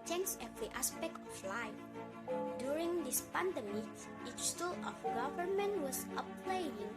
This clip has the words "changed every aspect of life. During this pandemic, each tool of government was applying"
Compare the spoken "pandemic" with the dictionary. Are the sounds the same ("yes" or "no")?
no